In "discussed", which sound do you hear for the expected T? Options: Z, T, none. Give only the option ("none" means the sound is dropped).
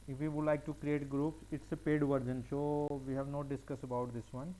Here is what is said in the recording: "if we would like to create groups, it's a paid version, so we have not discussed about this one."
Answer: none